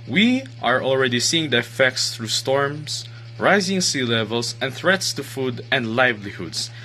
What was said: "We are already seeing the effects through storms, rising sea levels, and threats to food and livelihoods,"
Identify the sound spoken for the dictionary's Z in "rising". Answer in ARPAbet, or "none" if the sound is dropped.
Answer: Z